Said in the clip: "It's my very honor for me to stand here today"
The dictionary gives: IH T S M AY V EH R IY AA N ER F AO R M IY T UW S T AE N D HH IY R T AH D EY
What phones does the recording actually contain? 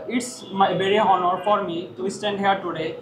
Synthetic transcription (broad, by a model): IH T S M AY B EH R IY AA N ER F AO R M IY T UW S T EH N D HH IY R T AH D EY